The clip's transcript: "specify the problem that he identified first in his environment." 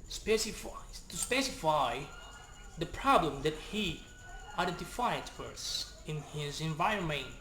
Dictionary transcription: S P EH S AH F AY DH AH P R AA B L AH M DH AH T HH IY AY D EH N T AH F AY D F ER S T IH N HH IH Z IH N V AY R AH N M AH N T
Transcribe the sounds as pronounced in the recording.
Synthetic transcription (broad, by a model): S P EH S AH F AY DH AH P R AA B L AH M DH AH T HH IY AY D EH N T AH F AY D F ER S IH N HH IH Z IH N V AY R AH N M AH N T